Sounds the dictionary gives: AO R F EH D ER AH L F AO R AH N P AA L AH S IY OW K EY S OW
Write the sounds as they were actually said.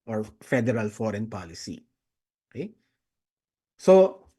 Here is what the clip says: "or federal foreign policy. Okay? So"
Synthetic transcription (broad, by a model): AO R F EH D ER AH L F AO R AH N P AA L AH S IY OW K EY S OW